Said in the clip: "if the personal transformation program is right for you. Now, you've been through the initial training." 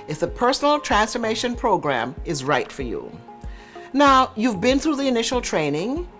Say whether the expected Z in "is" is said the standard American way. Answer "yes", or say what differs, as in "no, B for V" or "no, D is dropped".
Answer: yes